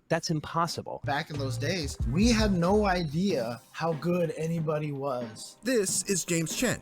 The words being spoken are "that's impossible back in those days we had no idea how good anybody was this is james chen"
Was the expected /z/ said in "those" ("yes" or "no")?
yes